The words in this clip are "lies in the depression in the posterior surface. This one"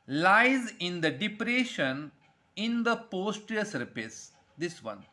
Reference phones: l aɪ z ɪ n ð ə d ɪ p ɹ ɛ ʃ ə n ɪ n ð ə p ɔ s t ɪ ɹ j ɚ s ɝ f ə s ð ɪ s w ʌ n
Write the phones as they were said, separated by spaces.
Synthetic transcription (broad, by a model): l aɪ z ɪ n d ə d ɪ p ɹ ɛ ʃ ə n ɪ n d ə p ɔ s t ɹ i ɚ s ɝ p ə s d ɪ s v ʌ n